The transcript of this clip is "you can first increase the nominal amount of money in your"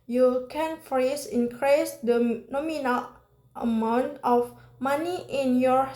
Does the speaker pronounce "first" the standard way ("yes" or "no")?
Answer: no